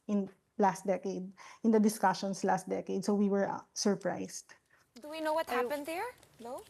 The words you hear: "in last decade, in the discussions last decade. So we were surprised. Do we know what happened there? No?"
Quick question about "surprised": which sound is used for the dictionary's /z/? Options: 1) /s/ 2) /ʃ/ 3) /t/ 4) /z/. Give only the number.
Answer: 1